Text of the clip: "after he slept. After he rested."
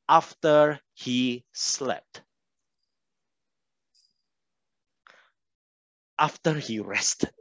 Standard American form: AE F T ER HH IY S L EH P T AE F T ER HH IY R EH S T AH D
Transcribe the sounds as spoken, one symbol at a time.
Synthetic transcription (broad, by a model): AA F T ER HH IY S L EH P T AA F T ER HH IY R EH S T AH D